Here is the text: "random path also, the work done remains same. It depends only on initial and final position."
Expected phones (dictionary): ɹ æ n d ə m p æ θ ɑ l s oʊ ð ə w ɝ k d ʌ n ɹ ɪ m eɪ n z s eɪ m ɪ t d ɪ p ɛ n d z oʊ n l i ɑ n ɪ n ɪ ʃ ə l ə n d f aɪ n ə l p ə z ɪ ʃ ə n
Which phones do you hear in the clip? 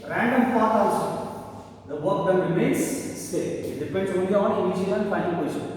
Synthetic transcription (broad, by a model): ɹ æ n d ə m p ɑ t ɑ s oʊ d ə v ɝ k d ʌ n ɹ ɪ m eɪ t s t eɪ ɪ t d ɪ p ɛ n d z oʊ n l i ɑ n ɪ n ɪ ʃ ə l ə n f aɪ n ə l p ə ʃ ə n